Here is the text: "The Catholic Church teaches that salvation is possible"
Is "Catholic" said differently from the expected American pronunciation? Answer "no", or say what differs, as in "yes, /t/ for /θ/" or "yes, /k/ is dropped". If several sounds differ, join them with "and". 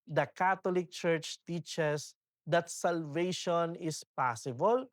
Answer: yes, /t/ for /θ/